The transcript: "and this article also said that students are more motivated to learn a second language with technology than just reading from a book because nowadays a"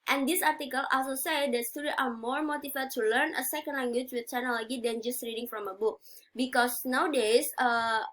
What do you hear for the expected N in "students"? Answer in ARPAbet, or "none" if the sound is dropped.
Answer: none